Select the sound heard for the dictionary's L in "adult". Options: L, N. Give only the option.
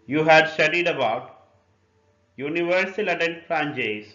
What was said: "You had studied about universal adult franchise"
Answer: N